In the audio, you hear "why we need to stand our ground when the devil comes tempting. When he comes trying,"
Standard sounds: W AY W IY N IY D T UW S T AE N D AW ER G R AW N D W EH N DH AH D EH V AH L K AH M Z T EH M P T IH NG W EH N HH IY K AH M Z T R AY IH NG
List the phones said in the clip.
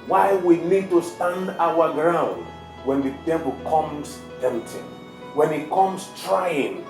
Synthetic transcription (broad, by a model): W AY W IY N IY D T UW S T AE N D AW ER G R AW N D W EH N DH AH D EH V AH L K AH M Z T EH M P T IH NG W EH N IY K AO M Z T R AY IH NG